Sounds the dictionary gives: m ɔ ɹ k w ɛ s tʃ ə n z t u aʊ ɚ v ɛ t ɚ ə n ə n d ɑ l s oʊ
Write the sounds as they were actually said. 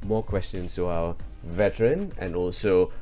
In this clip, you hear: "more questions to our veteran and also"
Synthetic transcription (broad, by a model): m ɔ k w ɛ s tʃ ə n s t u aʊ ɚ v ɛ t ɚ ə n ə n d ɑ l s oʊ